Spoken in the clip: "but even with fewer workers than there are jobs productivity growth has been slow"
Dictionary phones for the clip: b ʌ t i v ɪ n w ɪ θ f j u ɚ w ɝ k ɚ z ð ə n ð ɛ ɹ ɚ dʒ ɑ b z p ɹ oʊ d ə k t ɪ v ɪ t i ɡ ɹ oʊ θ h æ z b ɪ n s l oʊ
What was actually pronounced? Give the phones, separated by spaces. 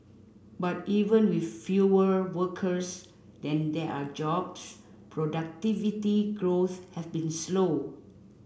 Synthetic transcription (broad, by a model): b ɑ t i v ɪ n w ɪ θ f j u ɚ w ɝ k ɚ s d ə n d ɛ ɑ dʒ ɑ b s p ɹ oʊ d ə k t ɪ v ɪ t i ɡ ɹ oʊ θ h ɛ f b ɪ n s l oʊ